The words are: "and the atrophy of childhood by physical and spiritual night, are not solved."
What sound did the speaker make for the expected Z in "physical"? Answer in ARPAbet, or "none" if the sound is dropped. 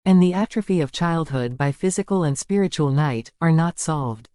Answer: Z